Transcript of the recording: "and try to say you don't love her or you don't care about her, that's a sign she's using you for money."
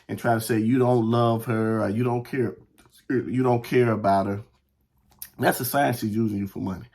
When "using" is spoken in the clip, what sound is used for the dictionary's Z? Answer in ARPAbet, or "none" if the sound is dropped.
Z